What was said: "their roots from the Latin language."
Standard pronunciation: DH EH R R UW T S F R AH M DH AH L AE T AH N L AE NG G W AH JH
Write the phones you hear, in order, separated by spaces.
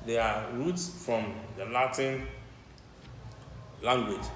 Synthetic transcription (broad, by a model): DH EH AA R UW T S F R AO M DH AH L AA T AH N L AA NG G W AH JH